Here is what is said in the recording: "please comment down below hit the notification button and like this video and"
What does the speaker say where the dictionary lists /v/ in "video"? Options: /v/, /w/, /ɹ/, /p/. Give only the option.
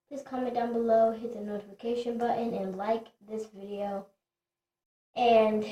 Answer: /v/